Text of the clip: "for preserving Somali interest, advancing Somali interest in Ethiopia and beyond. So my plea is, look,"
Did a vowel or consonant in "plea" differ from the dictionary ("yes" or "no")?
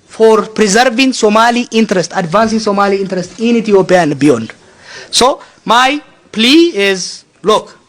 no